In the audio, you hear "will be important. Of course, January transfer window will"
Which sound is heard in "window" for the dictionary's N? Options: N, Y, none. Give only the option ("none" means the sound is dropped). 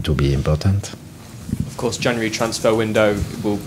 N